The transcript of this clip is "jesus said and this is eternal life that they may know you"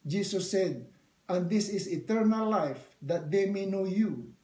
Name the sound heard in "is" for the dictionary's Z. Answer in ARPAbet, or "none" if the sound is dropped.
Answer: S